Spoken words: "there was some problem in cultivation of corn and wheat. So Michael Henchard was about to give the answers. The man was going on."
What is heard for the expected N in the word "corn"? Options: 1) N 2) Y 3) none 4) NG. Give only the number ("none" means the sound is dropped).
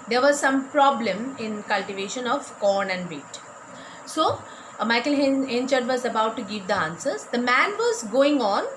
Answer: 1